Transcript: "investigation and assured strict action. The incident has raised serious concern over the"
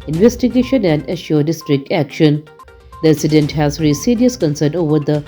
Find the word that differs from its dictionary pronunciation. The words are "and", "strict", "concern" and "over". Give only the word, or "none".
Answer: none